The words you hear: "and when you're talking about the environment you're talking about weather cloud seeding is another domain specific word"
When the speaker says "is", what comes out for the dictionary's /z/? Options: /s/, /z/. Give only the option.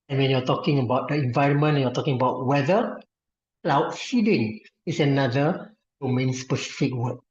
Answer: /s/